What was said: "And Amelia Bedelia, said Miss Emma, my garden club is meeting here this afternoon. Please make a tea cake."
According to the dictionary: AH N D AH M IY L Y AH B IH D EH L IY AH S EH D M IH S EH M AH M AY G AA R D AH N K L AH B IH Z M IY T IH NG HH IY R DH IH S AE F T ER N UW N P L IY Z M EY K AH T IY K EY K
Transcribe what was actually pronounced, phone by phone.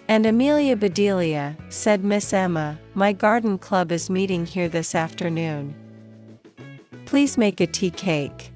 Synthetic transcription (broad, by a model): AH N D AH M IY L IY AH B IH D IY L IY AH S EH D M IH S EH M AH M AY G AA R D N K L AH B IH Z M IY T IH NG HH IY R DH IH S AE F T ER N UW N P L IY Z M EY K AH T IY K EY K